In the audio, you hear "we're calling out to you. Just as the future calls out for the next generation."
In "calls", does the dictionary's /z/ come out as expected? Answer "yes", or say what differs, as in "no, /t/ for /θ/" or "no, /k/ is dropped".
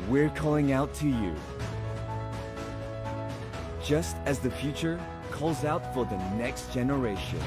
yes